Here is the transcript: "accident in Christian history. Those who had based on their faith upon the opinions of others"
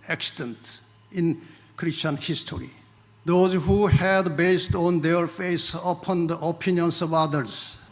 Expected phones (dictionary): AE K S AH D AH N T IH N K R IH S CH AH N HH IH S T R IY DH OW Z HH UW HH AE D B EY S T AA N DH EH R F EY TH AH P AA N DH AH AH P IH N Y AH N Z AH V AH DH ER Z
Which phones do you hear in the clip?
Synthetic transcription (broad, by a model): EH K S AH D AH N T IH N K R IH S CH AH N HH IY S T R IY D OW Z HH UW HH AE D B EY S T AA N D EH R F EY S AH P AA N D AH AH P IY N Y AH N S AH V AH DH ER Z